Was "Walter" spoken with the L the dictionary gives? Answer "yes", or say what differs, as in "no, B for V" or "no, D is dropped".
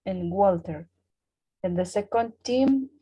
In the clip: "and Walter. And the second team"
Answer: yes